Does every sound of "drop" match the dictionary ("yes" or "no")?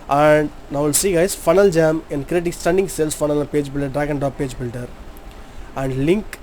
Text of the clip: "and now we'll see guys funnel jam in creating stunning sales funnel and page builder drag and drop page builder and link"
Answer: no